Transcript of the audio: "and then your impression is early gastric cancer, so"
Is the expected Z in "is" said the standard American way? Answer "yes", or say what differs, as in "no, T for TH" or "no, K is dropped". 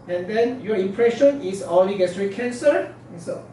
no, S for Z